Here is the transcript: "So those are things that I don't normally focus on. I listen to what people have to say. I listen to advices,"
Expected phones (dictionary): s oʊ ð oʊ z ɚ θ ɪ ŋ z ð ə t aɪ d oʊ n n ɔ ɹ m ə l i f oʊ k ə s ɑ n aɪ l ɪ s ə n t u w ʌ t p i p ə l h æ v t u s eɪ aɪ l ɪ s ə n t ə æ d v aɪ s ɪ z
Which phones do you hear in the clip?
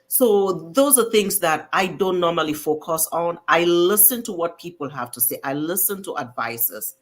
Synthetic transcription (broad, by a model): s oʊ ð oʊ z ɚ θ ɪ ŋ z ð ə t aɪ d oʊ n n ɔ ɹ m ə l i f oʊ k ə s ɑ n aɪ l ɪ s ə n t u w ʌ t p i p ə l h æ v t u s eɪ aɪ l ɪ s ə n t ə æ d v aɪ s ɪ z